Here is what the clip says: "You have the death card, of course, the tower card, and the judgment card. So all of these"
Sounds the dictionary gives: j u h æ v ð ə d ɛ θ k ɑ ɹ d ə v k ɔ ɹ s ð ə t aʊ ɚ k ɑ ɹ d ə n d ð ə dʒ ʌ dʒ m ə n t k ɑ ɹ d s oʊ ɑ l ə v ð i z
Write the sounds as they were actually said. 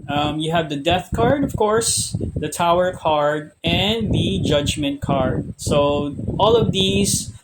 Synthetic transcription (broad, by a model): j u h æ v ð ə d ɛ θ k ɑ ɹ d ə v k ɔ ɹ s ð ə t aʊ ɚ k ɑ ɹ d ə n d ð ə dʒ ʌ dʒ m ə n t k ɑ ɹ d s oʊ ɑ l ə v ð i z